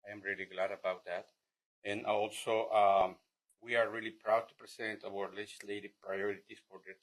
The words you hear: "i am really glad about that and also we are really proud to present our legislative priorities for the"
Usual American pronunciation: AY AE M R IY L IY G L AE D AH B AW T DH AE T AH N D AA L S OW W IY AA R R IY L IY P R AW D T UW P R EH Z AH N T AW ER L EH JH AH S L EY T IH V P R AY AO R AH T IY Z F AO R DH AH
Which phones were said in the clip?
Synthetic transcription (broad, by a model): AY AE M R IY L IY G L AE D AH B AW T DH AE T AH N AA L S OW W IY AA R R IY L IY P R AW D T UW P R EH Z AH N T AW ER L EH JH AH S L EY T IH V P R AY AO R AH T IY S F AO R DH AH